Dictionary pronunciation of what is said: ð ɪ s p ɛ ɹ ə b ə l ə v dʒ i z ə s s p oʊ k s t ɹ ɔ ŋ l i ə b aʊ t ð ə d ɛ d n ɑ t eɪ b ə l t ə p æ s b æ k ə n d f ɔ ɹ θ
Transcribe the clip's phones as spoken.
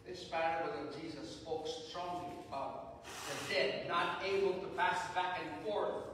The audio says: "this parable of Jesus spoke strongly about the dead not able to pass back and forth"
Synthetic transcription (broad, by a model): ð ɪ s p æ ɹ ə ə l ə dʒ i z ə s s p oʊ k s t ɹ ɔ ŋ l i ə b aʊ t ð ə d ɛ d n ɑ t eɪ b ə l t ə p æ s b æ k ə n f ɔ ɹ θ